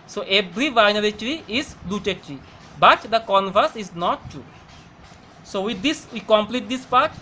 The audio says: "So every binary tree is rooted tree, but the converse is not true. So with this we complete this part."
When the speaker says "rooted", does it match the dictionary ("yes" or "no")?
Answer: no